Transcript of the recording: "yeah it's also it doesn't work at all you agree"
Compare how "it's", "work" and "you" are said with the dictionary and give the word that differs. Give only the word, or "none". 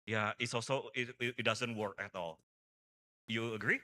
none